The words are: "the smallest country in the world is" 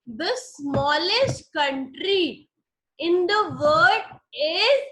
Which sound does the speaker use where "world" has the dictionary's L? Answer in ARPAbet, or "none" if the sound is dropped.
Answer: none